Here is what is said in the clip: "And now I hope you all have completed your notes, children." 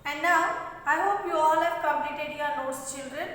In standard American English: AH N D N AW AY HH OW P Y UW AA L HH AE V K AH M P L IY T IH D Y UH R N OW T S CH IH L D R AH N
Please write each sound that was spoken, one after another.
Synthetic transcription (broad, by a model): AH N D N AW AY HH OW P Y UW AA L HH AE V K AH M L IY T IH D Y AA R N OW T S CH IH L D R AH N